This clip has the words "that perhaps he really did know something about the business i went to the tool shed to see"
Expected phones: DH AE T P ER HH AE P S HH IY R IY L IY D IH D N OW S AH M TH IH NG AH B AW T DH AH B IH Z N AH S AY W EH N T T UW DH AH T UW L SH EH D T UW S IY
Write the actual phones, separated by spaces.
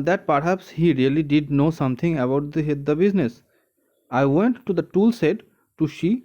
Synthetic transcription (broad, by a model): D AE T P ER HH AE P S HH IY R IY L IY D IH D N OW S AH M T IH NG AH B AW T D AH B IH Z N AH S AY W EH N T T UW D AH T UW L S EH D T UW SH IY